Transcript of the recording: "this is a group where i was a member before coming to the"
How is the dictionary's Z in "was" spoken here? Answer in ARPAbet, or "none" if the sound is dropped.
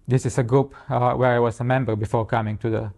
S